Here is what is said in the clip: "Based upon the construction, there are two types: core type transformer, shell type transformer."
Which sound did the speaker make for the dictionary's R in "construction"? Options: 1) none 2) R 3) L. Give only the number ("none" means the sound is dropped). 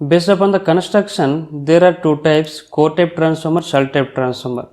2